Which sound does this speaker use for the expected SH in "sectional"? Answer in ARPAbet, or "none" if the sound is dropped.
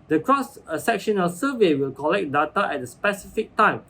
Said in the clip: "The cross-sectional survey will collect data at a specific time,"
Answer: SH